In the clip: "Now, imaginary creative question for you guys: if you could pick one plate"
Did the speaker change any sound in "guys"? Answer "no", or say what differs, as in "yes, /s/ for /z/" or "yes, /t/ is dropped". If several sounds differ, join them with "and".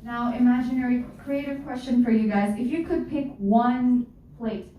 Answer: no